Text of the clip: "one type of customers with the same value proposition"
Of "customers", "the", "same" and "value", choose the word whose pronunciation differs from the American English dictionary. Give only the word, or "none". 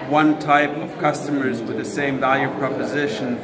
none